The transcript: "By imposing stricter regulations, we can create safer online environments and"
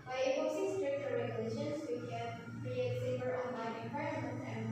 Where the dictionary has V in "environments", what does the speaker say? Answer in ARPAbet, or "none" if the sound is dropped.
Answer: P